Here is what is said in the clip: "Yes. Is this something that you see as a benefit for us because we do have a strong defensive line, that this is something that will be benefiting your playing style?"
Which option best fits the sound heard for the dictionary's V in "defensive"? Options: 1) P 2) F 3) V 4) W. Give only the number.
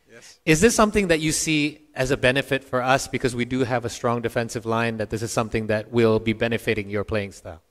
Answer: 3